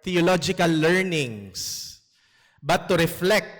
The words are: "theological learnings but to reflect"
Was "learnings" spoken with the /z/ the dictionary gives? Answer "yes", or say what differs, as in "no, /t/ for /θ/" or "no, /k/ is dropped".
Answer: no, /s/ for /z/